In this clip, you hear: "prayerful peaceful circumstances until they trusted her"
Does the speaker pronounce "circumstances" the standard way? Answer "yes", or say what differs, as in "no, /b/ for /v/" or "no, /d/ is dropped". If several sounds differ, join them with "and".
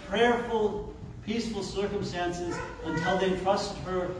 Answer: yes